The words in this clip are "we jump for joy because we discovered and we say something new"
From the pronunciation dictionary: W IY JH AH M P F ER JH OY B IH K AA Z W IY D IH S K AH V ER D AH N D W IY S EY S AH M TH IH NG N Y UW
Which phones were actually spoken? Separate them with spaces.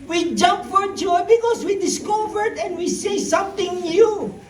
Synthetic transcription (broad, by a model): W IY JH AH M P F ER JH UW B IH K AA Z W IY D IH S K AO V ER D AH N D W IY S EY S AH M T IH NG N Y UW